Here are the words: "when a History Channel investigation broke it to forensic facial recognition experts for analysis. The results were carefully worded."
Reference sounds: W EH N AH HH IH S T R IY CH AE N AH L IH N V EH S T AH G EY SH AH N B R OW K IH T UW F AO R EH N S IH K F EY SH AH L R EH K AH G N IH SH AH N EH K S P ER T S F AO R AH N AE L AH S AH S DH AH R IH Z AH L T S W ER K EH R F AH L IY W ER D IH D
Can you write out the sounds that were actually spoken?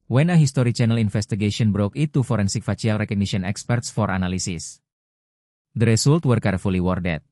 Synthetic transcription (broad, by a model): W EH N AH HH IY S T R IY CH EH N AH L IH N F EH S T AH G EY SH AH N B R OW K IH T UW F AO R EH N S IH K F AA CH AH L R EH K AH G N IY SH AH N EH K S P ER T S F AO R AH N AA L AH S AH S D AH R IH S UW L T W ER K EH R F AH L IY W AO D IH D